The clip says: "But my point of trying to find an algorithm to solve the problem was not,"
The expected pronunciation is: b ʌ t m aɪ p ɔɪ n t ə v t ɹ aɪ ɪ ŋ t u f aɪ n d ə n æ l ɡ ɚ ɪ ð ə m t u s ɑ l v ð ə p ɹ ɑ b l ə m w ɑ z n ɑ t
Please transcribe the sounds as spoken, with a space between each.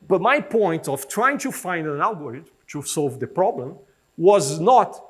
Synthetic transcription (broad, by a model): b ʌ t m aɪ p ɔɪ n t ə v t ɹ aɪ ɪ ŋ t u f aɪ n d ə n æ l ɡ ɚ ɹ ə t t u s ɑ l v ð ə p ɹ ɑ b l ə m w ɑ z n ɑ t